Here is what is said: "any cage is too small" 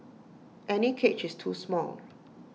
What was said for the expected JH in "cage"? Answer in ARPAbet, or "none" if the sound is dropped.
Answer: CH